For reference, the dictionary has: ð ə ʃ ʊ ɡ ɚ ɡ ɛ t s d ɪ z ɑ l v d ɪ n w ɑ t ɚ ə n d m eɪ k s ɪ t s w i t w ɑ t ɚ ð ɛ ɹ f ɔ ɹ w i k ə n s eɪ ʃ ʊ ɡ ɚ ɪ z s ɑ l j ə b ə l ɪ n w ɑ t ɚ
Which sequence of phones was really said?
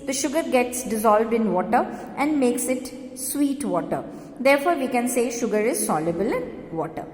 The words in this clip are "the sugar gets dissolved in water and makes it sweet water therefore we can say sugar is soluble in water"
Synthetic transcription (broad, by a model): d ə ʃ ʊ ɡ ɚ ɡ ɛ t s d ɪ z ɑ l v d ɪ n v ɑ t ɚ ə n d m eɪ k s ɪ t s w i t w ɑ t ɚ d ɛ ɹ f ɔ ɹ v i k ə n s eɪ ʃ ʊ ɡ ɚ ɪ z s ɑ l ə b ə l ɪ n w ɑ t ɚ